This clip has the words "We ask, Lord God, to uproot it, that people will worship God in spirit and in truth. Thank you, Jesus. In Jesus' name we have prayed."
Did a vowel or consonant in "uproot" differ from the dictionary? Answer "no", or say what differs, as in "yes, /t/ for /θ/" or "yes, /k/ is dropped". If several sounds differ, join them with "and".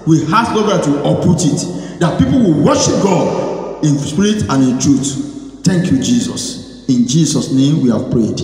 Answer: yes, /ɹ/ is dropped